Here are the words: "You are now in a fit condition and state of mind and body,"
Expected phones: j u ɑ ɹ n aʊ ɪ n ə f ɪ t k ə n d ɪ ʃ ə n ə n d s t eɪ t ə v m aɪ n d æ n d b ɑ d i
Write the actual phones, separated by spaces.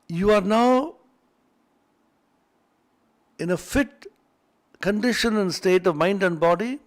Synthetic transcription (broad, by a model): j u ɑ ɹ n aʊ ɪ n ə f ɪ t k ə n d ɪ ʃ ə n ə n s t eɪ t ə v m aɪ n d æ n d b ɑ d i